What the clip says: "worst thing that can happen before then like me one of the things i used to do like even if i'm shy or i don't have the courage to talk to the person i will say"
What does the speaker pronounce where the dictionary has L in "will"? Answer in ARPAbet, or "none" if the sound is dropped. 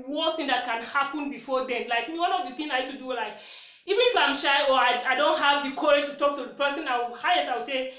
W